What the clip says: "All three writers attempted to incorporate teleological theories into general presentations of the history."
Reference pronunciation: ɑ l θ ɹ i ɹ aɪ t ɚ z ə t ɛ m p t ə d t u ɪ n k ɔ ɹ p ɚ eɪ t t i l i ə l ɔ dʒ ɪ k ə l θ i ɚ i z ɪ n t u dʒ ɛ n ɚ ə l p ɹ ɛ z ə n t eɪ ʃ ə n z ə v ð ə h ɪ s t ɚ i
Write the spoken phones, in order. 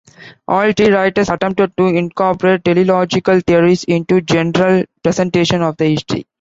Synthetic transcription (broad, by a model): ɑ l t ɹ i ɹ aɪ t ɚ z ə t ɛ m p t ə d t u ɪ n k ɔ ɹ p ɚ eɪ t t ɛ l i l ɔ dʒ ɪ k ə l t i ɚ i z ɪ n t u dʒ ɛ n ɚ ə l p ɹ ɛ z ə n t eɪ ʃ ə n ə v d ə h ɪ s t ɚ i